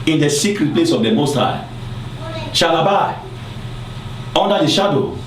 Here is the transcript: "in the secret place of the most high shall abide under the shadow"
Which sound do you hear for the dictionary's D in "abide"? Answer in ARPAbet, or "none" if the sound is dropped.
none